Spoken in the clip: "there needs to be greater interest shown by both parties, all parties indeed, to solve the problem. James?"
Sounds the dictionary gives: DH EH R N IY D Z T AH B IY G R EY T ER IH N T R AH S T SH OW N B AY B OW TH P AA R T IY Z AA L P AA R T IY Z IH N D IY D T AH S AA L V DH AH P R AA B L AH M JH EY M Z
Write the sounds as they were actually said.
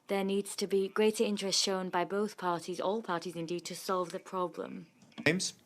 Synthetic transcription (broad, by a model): DH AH N IY D Z T AH B IY G R EY T ER IH N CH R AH S T SH OW N B AY B OW TH P AA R T IY Z AA L P AA T IY Z IH N D IY D T AH S AA L V DH AH P R AA B L AH M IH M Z